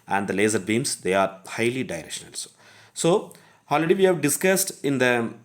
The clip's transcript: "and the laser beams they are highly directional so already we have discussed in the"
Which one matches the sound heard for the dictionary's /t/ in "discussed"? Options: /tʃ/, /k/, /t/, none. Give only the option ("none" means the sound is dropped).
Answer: /t/